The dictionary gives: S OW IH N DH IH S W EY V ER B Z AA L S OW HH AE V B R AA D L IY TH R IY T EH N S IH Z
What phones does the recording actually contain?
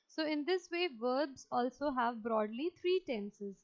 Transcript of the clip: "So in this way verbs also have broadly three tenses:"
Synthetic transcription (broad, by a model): S OW IH N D IH S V EY V ER B Z AA L S OW HH AE V B R AA D L IY T R IY T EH N S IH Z